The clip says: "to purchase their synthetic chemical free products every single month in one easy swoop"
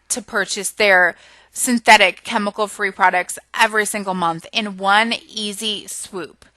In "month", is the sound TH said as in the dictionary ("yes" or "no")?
yes